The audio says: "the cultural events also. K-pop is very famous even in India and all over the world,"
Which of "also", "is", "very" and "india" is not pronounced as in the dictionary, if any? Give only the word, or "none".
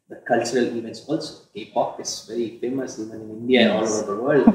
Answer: is